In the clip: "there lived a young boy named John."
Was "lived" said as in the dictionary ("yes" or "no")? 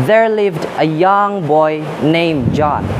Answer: yes